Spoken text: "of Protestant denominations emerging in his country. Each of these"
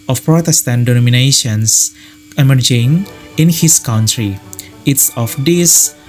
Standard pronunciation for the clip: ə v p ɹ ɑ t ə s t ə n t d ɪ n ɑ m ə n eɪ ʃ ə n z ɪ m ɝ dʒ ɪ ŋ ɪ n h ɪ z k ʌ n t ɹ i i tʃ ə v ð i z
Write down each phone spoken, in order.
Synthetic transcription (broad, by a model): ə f p ɹ ɑ t ə s t ə n t d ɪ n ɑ m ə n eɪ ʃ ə n s ɪ m ɝ dʒ ɪ ŋ ɪ n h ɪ s k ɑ n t ɹ i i s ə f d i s